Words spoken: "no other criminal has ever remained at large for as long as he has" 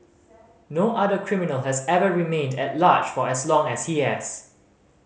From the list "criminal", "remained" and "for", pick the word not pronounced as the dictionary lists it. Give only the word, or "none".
none